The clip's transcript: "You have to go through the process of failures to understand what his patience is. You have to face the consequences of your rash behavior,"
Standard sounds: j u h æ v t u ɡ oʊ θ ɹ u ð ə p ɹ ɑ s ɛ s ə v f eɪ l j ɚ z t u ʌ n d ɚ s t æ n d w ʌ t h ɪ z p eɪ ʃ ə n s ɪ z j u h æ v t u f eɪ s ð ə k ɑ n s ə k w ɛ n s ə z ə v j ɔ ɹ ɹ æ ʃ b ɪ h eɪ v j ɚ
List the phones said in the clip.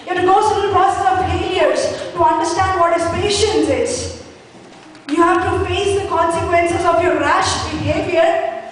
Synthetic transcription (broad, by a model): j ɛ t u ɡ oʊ s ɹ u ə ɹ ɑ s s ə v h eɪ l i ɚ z t u ʌ n d ɚ s t æ n d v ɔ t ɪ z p eɪ ʃ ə n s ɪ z j u h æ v t u f eɪ s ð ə k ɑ n s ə k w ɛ n s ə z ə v j ɔ ɹ ɹ æ ʃ b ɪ h eɪ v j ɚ